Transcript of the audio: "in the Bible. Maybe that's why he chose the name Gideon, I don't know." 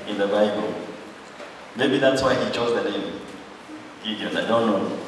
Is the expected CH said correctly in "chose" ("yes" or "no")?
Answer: yes